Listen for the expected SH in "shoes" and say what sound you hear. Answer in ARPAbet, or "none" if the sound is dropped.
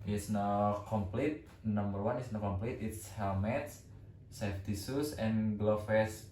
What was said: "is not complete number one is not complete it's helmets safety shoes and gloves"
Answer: S